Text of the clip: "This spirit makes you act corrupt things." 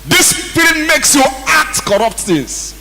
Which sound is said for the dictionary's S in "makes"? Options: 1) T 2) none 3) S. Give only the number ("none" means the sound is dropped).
3